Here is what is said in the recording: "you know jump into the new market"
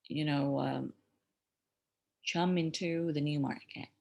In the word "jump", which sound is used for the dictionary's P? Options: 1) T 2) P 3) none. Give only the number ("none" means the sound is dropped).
3